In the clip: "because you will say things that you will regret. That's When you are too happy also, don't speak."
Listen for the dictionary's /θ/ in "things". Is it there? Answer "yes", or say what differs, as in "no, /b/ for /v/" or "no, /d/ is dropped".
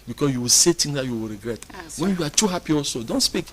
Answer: no, /t/ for /θ/